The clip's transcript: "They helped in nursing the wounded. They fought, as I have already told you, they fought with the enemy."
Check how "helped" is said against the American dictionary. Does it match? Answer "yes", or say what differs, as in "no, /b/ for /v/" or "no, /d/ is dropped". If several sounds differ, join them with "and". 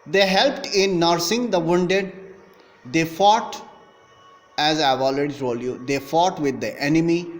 yes